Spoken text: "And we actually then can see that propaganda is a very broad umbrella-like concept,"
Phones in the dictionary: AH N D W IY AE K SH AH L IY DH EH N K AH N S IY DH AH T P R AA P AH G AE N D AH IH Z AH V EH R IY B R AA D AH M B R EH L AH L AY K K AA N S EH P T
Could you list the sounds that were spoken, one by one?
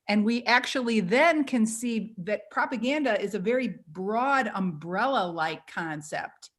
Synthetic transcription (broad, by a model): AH N W IY AE K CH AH L IY DH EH N K AH N S IY DH AH T P R AA P AH G AE N D AH IH Z AH V EH R IY B R AA D AH M B R EH L AH L AY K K AA N S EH P T